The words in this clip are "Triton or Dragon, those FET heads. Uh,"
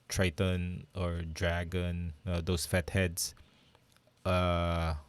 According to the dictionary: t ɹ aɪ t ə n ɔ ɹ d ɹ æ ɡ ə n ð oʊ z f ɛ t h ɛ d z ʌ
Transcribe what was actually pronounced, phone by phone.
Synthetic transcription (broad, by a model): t ɹ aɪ t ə n ɔ ɹ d ɹ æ ɡ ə n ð oʊ s f ɛ t h ɛ d s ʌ